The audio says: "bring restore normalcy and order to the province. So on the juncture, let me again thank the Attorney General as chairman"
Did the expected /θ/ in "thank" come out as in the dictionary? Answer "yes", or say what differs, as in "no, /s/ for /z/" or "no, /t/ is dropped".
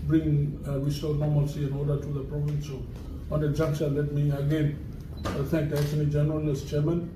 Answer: no, /t/ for /θ/